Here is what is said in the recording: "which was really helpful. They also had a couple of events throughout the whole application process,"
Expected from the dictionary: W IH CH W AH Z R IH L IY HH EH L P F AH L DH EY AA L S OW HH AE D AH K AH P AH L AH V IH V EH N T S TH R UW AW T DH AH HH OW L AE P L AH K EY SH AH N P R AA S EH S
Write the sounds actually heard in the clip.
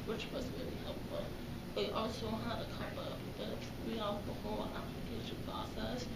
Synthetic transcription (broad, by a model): W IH CH W AH Z R IH L IY HH EH L P F AH L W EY AA L S OW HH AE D AH K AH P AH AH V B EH T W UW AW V DH AH HH OW L AE P L AH K EY SH AH N P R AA S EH S